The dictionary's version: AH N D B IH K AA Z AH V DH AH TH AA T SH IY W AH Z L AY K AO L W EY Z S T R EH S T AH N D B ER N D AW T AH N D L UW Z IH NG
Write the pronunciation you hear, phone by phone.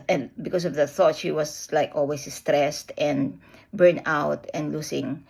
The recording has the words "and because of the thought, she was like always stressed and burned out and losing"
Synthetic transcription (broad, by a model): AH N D B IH K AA S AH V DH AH TH AA T SH IY W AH S L AY K AO L W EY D S T R EH S T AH N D B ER N AW T AH N D L UW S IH NG